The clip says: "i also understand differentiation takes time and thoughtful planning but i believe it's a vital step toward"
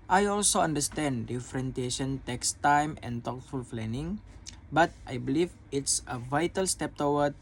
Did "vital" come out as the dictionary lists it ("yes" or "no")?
yes